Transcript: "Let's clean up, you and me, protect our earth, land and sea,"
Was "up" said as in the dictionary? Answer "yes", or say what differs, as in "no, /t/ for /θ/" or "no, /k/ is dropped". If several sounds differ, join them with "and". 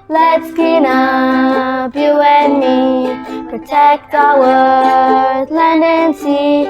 no, /b/ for /p/